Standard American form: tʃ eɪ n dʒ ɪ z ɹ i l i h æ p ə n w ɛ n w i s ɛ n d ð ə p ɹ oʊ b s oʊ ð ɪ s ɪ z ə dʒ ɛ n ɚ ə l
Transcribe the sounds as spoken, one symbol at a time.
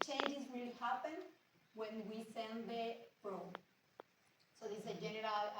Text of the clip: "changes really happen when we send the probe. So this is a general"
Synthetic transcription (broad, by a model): tʃ eɪ n dʒ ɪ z w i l h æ p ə n w ɛ n w i s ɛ n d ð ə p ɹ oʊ s oʊ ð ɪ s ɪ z ə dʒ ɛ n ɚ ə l